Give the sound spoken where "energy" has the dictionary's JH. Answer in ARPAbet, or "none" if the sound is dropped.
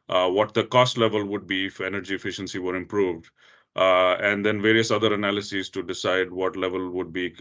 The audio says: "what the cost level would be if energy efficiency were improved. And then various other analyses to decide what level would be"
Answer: JH